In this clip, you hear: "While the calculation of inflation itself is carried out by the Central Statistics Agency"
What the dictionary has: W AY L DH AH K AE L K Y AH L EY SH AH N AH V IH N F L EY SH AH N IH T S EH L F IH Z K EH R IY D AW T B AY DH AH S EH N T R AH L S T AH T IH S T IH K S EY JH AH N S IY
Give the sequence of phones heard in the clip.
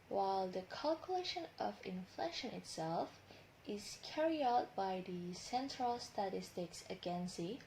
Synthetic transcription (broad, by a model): W AY L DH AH K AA L K Y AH L EY SH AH N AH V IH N F L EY SH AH N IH T S EH L F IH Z K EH R IY AW T B AY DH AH S EH N T R AH L S T AH T IH S T IH K S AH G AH N S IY